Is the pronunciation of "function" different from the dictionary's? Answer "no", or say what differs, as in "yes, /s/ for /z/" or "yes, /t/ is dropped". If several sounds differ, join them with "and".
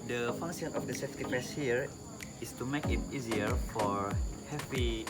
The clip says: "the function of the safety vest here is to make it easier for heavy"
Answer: yes, /s/ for /ʃ/